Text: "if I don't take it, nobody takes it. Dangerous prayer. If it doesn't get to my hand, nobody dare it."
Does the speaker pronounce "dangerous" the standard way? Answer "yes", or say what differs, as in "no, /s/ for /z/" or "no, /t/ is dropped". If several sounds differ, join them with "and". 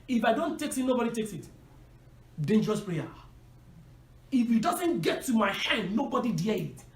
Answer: yes